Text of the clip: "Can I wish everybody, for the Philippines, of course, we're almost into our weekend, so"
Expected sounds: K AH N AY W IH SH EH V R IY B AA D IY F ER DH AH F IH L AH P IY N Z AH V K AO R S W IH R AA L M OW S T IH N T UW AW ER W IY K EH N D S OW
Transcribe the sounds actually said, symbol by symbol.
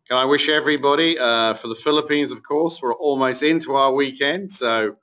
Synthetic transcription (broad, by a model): K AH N AY W IH SH EH V R IY B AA D IY F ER DH AH F IH L AH P IY N Z AH V K AO R S W IH R AA L M OW S T IH N T UW AW ER W IY K EH N D S OW